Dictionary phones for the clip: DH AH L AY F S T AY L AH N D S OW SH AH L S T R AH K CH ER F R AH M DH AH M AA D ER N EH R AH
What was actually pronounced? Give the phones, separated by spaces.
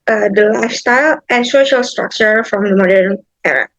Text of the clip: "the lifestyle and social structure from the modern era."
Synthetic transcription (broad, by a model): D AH L AY F S T AY L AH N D S OW SH AH L S T R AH K CH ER F R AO M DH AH M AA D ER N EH R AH